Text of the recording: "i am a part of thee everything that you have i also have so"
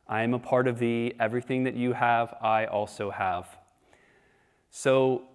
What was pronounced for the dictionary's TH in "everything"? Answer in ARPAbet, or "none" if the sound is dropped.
TH